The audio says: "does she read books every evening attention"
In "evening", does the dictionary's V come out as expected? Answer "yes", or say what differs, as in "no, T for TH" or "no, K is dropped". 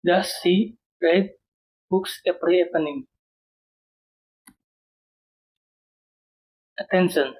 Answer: no, P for V